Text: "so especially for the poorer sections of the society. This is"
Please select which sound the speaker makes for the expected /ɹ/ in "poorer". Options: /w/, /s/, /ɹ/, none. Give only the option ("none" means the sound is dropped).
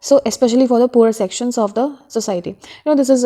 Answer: none